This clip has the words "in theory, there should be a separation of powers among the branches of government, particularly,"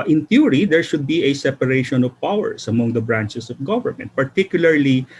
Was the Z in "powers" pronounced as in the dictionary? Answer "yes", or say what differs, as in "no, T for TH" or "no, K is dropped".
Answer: no, S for Z